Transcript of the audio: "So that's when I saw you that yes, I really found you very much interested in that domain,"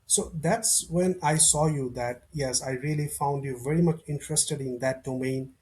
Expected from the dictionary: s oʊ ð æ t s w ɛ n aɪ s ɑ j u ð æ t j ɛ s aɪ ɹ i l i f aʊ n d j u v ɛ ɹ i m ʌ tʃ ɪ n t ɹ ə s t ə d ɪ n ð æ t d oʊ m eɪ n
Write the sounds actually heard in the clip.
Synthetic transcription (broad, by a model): s oʊ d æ t s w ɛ n aɪ s ɑ j u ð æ t j ɛ s aɪ ɹ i l i f aʊ n d j u v ɛ ɹ i m ʌ tʃ ɪ n t ɹ ə s t ə d ɪ n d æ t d oʊ m eɪ n